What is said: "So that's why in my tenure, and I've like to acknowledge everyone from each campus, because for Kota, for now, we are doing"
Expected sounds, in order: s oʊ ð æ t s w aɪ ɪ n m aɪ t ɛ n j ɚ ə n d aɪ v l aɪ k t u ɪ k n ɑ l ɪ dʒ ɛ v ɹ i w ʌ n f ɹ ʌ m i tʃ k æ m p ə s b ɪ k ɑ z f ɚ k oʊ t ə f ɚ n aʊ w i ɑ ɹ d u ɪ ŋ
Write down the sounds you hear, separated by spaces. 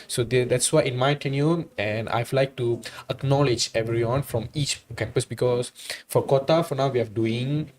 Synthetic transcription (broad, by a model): s oʊ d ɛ t s w aɪ ɪ n m aɪ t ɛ n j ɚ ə n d aɪ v l aɪ k t u ɪ k n ɑ l ɪ dʒ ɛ v ɹ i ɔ n f ɹ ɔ m i tʃ k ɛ m p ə s b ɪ k ɑ s f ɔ k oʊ t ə f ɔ n aʊ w i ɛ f d u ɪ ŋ